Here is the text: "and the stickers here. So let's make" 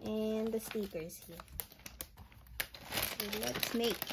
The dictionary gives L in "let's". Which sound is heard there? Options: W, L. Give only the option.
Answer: W